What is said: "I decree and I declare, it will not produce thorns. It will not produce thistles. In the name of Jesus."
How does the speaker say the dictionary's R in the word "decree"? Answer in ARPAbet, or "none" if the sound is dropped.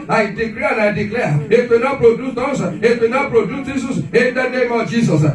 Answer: L